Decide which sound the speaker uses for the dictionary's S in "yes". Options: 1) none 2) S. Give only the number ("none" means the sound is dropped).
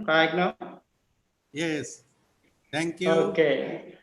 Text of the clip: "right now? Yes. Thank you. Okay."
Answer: 2